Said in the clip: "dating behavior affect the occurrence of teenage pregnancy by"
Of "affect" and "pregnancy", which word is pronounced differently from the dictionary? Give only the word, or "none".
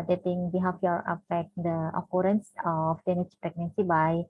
affect